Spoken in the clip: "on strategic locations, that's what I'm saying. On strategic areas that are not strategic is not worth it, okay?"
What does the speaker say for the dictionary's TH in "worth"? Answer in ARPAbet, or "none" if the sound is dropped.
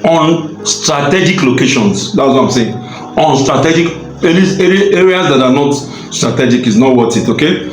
T